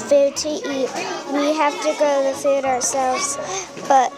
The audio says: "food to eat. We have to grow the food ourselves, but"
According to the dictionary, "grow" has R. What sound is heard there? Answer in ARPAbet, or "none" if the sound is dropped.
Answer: none